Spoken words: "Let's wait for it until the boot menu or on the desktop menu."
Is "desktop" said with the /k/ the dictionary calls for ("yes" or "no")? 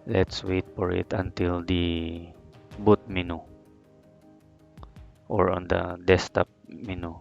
no